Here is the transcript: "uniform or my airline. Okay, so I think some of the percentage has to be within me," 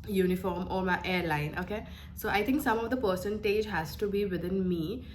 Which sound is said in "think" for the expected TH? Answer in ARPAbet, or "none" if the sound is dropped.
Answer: T